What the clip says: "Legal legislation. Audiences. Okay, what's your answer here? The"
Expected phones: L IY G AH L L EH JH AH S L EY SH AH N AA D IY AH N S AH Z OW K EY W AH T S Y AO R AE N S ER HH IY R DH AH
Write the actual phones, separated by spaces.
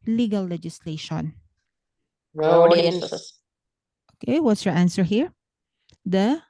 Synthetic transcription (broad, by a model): L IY G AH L L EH JH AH S L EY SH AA N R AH OW K EY W AH T S Y AO R AE N S ER HH IY R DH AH